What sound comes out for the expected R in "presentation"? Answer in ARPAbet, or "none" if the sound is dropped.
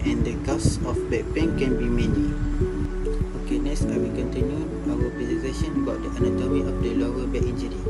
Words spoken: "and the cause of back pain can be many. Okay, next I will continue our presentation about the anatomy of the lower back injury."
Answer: none